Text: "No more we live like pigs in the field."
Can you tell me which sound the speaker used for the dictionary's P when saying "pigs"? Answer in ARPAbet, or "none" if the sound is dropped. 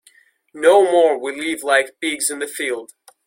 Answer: B